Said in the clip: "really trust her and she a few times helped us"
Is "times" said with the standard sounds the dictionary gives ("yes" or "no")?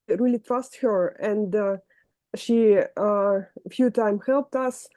no